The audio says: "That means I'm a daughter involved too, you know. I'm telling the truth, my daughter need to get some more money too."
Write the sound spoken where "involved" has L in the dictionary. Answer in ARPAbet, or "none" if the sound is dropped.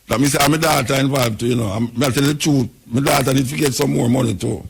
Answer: none